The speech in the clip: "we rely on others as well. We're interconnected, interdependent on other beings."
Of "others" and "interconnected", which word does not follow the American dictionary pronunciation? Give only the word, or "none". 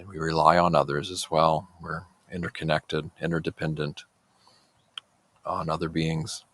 none